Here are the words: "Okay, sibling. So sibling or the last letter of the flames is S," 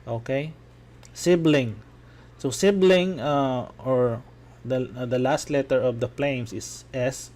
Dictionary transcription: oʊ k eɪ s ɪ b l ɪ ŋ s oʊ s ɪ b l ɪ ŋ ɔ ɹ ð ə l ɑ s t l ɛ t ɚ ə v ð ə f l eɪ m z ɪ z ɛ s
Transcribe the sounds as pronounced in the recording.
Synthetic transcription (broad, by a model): oʊ k eɪ s ɪ b l ɪ ŋ s oʊ s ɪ b l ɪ ŋ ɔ ɹ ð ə l ɑ s t l ɛ t ɚ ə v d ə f l eɪ m s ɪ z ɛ s